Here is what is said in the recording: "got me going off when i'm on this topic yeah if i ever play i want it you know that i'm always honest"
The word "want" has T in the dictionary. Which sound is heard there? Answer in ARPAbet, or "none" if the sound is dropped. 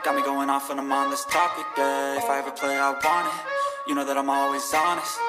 none